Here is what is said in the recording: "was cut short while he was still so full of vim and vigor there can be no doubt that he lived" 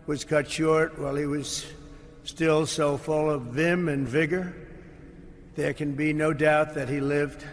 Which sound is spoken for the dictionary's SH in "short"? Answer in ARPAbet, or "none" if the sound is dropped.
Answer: SH